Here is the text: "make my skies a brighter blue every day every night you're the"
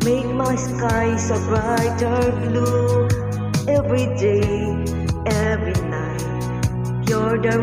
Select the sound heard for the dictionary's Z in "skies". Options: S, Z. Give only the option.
S